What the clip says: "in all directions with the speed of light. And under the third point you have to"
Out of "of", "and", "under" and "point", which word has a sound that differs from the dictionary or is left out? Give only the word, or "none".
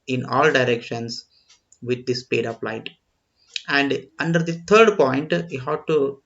of